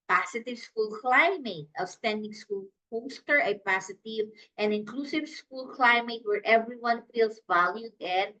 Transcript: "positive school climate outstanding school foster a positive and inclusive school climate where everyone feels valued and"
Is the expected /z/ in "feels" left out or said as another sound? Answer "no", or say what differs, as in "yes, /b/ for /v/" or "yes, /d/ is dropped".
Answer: yes, /s/ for /z/